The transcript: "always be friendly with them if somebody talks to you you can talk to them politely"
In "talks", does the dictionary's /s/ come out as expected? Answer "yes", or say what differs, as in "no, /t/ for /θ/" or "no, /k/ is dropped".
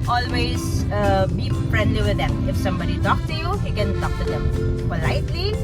no, /s/ is dropped